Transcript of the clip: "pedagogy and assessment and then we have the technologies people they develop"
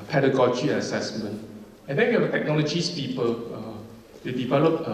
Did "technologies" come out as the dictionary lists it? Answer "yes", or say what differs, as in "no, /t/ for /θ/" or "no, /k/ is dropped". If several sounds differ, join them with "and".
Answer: no, /s/ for /z/